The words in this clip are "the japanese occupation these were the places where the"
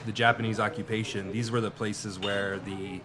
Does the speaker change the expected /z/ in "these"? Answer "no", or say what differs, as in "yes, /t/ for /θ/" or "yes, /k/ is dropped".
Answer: no